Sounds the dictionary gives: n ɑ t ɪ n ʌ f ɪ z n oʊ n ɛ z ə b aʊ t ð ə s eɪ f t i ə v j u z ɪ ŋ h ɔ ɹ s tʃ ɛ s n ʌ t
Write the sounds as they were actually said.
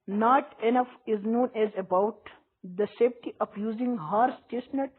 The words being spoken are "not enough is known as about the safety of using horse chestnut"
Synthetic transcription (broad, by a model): n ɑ t ɪ n ʌ f ɪ z n oʊ n ɛ z ə b aʊ t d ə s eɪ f t i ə p j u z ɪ ŋ h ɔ ɹ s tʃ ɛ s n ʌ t